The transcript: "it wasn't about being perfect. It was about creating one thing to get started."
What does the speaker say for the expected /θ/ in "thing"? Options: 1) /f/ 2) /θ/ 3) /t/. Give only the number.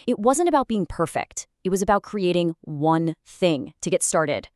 2